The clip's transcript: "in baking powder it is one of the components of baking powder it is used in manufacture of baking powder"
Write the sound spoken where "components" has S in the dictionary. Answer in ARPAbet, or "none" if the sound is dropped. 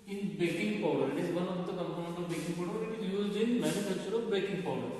none